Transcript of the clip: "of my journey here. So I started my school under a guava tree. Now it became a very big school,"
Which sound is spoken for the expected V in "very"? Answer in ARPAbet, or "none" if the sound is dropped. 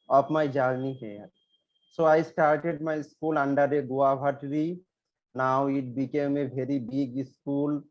B